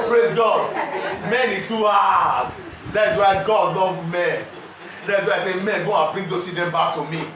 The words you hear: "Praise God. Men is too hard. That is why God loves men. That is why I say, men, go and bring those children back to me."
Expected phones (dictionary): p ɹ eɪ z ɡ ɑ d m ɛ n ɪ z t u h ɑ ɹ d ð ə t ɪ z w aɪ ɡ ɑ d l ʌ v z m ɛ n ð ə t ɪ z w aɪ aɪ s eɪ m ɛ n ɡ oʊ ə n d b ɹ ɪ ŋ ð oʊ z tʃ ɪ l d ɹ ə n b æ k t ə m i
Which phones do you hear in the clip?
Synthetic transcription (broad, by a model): p ɹ eɪ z ɡ ɑ d m ɛ n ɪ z t u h ɑ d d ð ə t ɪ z w aɪ ɡ ɑ d l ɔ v m ɛ n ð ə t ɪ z w aɪ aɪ s eɪ m ɛ n ɡ oʊ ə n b ɹ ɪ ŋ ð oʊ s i d ə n b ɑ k t ə m i